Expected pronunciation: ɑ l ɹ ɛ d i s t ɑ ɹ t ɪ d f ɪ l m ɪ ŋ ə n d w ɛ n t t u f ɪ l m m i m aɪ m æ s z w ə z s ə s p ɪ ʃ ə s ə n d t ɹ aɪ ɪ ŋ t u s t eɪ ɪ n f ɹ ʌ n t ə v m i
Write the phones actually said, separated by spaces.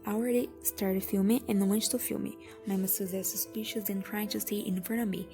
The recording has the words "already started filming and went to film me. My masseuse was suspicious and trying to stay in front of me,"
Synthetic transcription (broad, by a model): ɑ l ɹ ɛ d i s t ɑ ɹ t ɪ d f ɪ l m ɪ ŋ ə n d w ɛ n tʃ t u f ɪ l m m i m aɪ m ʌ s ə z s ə s p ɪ ʃ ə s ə n t ɹ aɪ ɪ ŋ t u s t ɪ n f ʌ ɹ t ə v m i